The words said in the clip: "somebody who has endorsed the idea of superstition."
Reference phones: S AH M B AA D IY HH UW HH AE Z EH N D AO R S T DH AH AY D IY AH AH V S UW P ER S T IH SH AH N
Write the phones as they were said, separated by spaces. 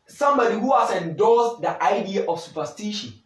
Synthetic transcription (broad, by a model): S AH M B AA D IY HH UW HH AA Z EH N D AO L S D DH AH AY D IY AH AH F S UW P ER S T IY SH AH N